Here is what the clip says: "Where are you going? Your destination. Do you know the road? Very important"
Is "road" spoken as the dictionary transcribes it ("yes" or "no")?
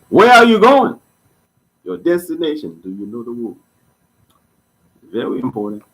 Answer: no